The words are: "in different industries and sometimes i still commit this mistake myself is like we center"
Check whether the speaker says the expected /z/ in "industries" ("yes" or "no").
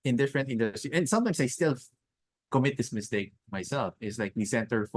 no